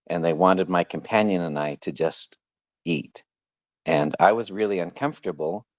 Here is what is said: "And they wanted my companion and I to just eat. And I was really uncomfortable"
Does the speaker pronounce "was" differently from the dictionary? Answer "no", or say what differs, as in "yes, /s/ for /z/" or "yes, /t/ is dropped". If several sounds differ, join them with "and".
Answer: no